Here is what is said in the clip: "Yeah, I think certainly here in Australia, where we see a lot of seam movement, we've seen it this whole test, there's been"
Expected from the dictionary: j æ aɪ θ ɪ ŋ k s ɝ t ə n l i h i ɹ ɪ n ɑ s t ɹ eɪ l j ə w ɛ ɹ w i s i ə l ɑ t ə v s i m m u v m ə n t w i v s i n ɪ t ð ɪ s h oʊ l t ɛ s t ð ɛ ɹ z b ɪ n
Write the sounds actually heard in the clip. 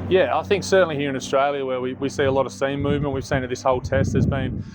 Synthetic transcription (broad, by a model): j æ aɪ θ ɪ ŋ k s ɝ t n l i h i ɹ ɪ n ɑ s t ɹ eɪ l j ə w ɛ w w i s i ə l ɑ t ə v s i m m u v m ə n t w i v s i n ɪ t ð ɪ s h oʊ l t ɛ s t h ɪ z b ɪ n